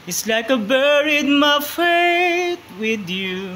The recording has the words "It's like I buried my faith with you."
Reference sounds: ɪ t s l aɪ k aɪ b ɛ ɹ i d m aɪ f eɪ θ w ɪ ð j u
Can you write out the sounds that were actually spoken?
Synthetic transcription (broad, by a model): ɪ t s l aɪ k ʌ b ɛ ɹ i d m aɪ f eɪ t w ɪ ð j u